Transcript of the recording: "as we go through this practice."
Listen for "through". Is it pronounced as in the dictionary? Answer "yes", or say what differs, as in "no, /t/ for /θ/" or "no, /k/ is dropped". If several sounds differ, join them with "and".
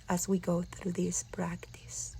yes